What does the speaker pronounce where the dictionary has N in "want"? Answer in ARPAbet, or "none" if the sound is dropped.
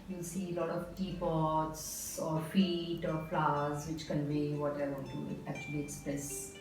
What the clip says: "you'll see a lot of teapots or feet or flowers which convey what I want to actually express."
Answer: none